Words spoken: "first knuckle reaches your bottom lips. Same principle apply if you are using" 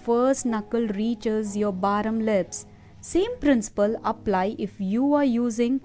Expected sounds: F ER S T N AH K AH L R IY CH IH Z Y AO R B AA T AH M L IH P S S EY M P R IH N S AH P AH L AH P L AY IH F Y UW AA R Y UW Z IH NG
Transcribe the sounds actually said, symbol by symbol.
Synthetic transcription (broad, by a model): F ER S T N AH K AH L R IY CH IH Z Y AO R B AA T AH M L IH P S S EY M P R IH N S AH P AH L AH P L AY IH F Y UW AA R Y UW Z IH NG